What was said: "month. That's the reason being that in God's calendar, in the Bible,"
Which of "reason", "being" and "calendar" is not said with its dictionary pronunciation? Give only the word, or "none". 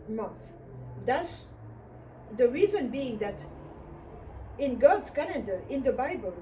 calendar